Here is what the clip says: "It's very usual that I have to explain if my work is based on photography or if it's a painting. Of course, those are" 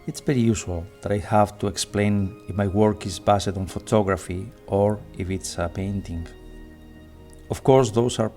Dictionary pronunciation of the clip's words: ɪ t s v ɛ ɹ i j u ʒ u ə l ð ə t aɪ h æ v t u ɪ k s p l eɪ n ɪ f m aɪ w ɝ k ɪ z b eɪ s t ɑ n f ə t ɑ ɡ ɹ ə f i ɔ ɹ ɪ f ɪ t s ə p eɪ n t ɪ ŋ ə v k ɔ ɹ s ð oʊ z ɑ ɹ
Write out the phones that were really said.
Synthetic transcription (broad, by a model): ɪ t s v ɛ ɹ i j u s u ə l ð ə t aɪ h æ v t u ɪ k s p l eɪ n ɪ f m aɪ w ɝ k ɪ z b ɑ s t ɑ n f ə t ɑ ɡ ɹ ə f i ɔ ɹ ɪ f ɪ t s ə p eɪ n t ɪ ŋ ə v k ɔ ɹ s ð oʊ s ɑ ɹ